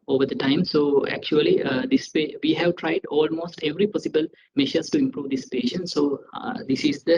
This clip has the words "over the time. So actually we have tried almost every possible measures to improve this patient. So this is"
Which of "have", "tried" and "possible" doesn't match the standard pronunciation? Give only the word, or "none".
none